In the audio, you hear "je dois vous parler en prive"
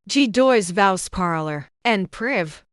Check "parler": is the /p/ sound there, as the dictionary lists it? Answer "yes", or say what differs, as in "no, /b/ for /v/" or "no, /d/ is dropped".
yes